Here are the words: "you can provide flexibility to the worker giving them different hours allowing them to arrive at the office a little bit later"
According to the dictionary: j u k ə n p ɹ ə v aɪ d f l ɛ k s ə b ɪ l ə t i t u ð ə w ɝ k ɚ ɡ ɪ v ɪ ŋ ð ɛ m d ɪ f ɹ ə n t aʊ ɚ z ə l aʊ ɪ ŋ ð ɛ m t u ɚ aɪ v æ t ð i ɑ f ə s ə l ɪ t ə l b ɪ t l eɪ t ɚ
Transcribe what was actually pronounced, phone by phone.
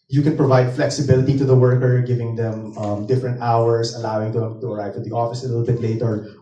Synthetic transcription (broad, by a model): j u k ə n p ɹ ə v aɪ d f l ɛ k s ə b ɪ l ə t i t u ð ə w ɝ k ɚ ɡ ɪ v ɪ ŋ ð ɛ m d ɪ f ɹ ə n t aʊ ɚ s ə l aʊ ɪ ŋ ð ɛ m t u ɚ aɪ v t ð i ɑ f ə s ə l ɪ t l b ɪ t l eɪ t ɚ